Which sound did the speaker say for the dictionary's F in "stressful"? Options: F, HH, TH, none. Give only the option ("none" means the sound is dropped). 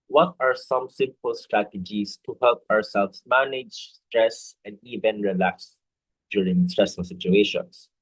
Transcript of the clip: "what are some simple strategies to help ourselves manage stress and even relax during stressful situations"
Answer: none